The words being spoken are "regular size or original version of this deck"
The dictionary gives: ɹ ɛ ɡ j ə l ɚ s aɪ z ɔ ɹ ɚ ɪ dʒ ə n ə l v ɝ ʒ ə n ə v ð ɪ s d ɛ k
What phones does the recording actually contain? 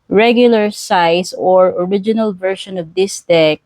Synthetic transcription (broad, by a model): ɹ ɛ ɡ j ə l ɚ s aɪ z ɔ ɹ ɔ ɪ dʒ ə n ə l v ɝ ʃ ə n ə v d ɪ s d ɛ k